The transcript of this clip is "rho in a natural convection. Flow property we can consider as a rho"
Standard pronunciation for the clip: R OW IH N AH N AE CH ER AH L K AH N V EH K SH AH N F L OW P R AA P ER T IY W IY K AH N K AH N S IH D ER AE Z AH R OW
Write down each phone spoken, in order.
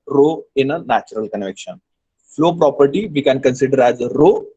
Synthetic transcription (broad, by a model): R OW IH N AH N AE CH ER AH L K AH N V EH K SH AH N F L OW P R AA P ER T IY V IY K AH N K AH N S IH D ER AE Z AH R OW